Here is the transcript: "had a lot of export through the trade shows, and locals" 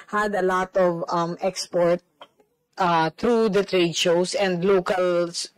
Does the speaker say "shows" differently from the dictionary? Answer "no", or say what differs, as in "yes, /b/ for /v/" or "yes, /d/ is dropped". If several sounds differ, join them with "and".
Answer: yes, /s/ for /z/